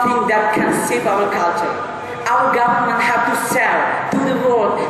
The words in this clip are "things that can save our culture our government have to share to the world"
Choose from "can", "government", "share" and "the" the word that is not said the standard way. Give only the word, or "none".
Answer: share